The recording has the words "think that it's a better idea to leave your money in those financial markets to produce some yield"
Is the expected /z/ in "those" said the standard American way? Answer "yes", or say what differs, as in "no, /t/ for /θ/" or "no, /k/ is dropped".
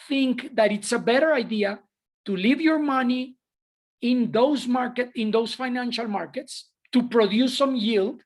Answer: no, /s/ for /z/